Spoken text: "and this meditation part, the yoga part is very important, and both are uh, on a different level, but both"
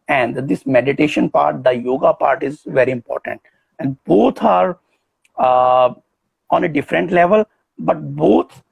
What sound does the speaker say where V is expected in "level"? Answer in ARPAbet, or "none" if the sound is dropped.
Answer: V